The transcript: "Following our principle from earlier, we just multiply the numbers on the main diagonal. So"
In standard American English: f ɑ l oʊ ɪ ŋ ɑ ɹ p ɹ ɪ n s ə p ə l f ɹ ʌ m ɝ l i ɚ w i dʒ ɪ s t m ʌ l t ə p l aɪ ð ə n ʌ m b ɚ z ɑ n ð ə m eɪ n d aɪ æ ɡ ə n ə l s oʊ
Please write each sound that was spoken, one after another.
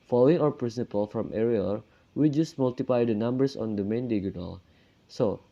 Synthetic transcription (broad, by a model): f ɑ l oʊ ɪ ŋ ɑ ɹ p ɹ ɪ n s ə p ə l f ɹ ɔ m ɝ i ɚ w i dʒ ɪ s t m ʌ l t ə p l aɪ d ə n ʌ m b ɚ s ɑ n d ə m eɪ n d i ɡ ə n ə l s oʊ